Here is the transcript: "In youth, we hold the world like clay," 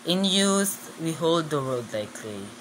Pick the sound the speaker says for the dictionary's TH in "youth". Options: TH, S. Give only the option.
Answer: S